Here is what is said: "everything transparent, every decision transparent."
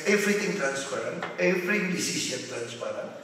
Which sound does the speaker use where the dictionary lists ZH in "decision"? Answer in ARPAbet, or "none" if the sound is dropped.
S